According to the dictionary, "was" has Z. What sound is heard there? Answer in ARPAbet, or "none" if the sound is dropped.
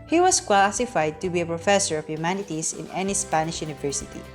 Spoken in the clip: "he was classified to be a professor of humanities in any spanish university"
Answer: S